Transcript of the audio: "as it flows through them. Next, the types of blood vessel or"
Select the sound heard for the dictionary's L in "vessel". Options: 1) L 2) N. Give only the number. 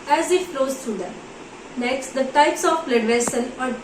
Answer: 2